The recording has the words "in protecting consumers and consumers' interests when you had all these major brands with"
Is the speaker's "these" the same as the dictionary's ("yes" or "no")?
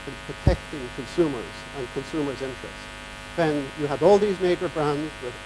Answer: yes